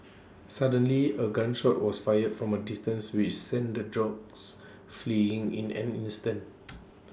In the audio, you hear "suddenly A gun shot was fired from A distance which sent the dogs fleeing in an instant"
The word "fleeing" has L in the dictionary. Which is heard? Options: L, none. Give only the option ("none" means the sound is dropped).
L